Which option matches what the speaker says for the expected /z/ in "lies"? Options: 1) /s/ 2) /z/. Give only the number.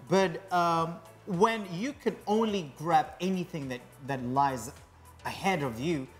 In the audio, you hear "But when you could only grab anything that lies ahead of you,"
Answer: 2